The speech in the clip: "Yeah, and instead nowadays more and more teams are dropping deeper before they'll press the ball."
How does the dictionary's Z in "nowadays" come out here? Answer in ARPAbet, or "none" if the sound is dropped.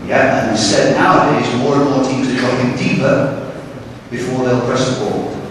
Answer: Z